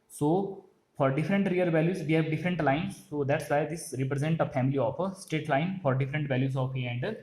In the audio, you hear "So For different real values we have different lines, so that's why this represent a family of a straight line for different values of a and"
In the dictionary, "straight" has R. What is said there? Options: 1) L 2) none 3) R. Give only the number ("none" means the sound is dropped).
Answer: 2